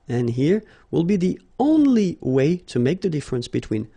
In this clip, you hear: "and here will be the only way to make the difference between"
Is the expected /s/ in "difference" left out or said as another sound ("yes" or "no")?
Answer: no